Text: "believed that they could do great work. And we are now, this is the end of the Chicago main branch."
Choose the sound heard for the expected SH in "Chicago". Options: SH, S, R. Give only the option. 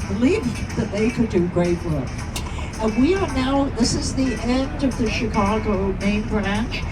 SH